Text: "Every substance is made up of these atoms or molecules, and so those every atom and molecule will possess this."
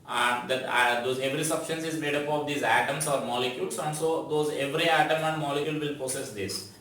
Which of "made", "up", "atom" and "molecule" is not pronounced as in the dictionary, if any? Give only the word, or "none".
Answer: none